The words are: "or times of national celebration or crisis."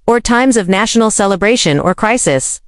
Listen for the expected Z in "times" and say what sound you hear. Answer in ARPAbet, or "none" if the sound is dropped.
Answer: Z